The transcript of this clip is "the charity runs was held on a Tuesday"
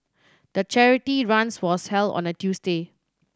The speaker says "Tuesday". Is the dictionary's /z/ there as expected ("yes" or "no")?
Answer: no